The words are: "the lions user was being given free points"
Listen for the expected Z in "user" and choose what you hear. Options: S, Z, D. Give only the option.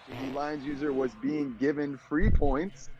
Z